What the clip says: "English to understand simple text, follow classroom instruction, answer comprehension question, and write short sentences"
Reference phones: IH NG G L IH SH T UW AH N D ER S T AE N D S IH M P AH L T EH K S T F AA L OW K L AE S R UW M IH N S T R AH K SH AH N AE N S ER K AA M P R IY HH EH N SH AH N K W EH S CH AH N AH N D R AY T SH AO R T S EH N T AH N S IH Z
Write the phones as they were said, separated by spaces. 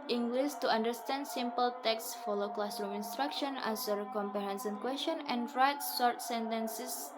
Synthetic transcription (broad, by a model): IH NG G L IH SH T UW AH N D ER S T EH N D S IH M P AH L T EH K S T F AA L OW K L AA S R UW M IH N S T R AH K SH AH N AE S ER K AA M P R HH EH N S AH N K W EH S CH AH N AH N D R AY T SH AO R T S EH N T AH N S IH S